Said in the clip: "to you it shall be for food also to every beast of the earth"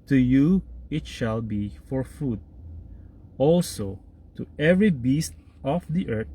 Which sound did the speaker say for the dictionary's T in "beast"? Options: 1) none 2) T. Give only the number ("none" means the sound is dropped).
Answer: 2